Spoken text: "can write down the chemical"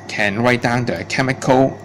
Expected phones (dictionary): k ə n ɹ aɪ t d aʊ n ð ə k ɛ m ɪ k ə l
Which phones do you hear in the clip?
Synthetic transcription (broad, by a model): k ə n w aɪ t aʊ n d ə k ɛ m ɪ k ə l